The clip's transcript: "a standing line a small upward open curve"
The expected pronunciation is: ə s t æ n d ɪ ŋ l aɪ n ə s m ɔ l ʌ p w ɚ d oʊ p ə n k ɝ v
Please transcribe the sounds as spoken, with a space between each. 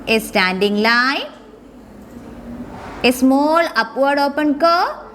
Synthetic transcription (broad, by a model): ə s t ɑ n d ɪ ŋ l aɪ ə s m ɔ l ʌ p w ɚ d oʊ p ə n k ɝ